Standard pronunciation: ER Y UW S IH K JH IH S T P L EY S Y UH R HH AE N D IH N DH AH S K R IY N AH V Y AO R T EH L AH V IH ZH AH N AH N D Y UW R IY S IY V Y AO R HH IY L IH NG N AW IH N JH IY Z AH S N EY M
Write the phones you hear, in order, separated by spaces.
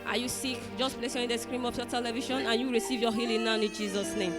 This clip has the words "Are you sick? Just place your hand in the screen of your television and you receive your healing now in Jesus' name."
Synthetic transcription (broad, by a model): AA Y UW S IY K JH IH S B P L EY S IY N IH N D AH S K R IY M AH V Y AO T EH L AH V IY SH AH N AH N Y UW R IY S IY V Y AO HH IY L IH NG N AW IH N JH IY Z AH S N EY M